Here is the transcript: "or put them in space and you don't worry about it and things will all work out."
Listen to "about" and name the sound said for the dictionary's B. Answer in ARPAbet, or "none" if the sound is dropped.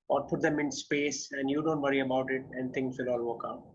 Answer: B